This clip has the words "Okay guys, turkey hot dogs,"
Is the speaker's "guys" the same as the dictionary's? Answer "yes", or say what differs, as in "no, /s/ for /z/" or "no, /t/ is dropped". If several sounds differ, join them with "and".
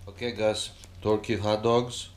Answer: no, /s/ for /z/